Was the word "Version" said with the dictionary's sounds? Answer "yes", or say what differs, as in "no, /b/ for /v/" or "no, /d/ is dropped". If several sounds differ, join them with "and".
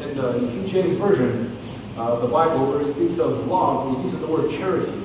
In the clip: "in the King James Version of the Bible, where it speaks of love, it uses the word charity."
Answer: yes